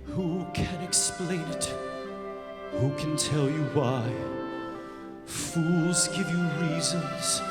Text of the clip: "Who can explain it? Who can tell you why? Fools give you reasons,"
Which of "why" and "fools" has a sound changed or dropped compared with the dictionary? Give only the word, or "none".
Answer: none